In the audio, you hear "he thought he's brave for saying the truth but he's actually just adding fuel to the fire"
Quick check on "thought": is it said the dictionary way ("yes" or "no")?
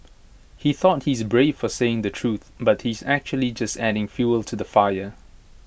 yes